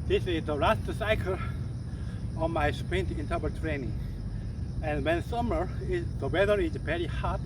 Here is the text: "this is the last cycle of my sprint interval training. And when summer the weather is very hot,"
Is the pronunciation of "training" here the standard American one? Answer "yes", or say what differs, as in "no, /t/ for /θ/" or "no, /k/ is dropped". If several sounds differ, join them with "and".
yes